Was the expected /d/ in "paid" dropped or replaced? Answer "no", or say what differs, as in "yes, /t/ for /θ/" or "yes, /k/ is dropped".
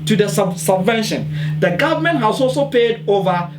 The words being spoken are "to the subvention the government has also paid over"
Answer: no